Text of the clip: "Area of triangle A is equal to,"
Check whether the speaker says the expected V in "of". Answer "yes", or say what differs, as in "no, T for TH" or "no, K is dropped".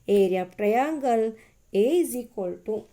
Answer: no, P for V